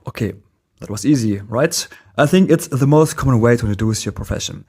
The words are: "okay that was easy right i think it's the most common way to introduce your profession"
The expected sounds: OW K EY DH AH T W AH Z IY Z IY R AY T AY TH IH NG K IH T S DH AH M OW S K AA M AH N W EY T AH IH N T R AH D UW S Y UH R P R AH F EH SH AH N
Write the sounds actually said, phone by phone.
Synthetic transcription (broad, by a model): OW K EY DH AH T W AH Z IY Z IY R AY T AY TH IH NG K IH T S DH AH M OW S K AA M AH N W EY T AH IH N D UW S Y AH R P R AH F EH SH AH N